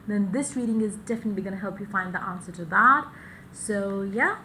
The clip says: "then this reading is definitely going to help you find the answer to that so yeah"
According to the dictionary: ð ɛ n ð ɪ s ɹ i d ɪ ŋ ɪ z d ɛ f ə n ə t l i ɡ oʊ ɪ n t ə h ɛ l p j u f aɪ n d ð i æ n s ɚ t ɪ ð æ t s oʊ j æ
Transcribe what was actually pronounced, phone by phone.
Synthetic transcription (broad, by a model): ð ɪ n ð ɪ s ɹ i d ɪ ŋ ɪ z d ɛ f ə n ə t l i ɡ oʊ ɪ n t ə h ɛ l p j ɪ f aɪ n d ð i æ n s ɚ t ɪ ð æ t s oʊ j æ